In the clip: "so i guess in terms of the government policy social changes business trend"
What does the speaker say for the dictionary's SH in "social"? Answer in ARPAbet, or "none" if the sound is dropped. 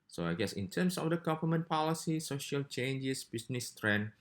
SH